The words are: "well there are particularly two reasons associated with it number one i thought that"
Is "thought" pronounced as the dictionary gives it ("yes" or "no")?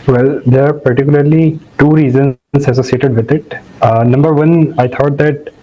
no